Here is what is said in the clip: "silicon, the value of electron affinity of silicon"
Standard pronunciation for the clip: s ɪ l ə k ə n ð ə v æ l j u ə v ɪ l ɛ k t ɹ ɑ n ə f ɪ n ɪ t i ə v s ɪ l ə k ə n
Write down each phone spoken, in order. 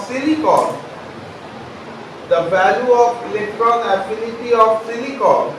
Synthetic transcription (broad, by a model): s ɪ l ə k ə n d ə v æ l j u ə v ɪ l ɛ k t ɹ ɑ n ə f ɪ l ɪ t i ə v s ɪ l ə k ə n